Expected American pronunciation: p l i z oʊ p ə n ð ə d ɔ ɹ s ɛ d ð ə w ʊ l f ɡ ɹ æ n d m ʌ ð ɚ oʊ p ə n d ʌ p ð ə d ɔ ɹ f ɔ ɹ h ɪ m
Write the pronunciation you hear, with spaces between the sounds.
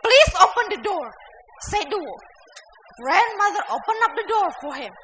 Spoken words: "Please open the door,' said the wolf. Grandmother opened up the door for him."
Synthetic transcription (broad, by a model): p l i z oʊ p ə n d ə d ɔ ɹ s ɛ d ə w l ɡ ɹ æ n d m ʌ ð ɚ oʊ p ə n ʌ p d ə d ɔ ɹ f ɔ ɹ h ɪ m